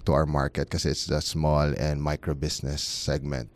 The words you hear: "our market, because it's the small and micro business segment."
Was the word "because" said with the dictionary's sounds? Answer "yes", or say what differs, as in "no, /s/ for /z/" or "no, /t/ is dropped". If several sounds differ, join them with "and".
no, /z/ is dropped